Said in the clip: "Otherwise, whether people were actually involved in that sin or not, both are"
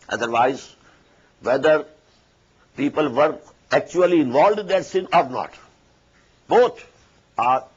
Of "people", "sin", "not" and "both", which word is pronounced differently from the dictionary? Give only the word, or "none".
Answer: both